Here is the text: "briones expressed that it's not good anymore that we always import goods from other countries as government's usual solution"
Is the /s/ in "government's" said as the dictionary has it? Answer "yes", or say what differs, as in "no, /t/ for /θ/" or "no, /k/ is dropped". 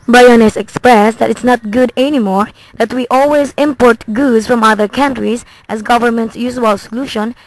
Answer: yes